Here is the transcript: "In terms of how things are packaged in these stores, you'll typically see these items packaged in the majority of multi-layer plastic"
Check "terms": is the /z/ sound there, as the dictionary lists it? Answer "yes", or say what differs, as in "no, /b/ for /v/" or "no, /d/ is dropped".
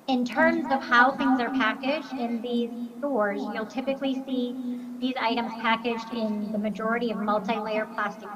yes